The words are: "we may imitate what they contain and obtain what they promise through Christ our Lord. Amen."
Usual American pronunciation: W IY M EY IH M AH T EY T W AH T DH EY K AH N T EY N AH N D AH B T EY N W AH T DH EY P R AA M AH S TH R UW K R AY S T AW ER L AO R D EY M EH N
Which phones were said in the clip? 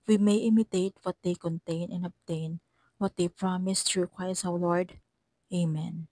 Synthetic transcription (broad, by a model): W IY M EY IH M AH T EY T W AH T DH EY K AH N T EY N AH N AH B T EY N W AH T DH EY P R AA M AH S T R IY K W AY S AW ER L AO R D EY M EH N